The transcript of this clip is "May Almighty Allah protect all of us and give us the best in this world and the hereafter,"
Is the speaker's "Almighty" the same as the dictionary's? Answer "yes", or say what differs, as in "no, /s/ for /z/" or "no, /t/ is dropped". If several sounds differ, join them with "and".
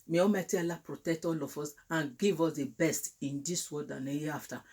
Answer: no, /l/ is dropped